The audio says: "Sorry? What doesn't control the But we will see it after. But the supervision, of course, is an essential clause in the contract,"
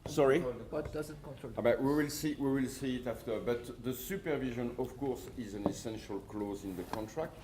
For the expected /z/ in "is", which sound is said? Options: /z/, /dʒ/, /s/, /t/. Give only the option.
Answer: /z/